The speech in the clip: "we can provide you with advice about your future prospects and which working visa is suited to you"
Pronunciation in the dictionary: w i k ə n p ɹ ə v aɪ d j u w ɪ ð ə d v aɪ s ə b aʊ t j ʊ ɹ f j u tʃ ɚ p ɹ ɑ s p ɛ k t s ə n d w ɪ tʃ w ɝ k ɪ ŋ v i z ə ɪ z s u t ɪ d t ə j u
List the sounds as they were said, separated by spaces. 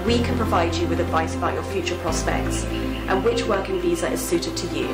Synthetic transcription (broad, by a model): w i k ə n p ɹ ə v aɪ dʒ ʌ w ɪ ð ə d v aɪ s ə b aʊ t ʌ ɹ f j u tʃ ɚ p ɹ ɑ s p ɛ k t s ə n w ɪ tʃ w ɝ k ɪ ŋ v i z ə ɪ z s u t ɪ d t ə j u